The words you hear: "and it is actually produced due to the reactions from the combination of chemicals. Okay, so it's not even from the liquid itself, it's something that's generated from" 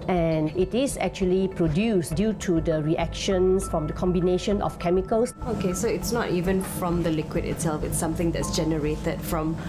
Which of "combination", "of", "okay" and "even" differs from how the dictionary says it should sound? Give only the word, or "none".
of